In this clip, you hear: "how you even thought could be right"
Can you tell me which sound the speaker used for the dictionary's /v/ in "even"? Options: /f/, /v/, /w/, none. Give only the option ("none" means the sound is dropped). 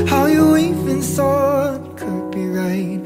/f/